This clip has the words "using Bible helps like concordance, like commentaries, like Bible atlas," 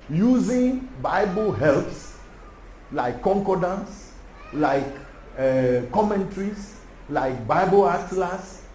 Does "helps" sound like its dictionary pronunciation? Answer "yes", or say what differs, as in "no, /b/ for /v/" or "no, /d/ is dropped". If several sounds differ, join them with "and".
yes